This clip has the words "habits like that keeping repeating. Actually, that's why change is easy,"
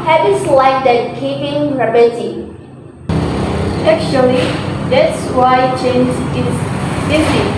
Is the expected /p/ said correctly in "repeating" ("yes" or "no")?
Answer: no